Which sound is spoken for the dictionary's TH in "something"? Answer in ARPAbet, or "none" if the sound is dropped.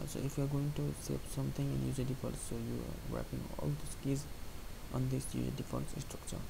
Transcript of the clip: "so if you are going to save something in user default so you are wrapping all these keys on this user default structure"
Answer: T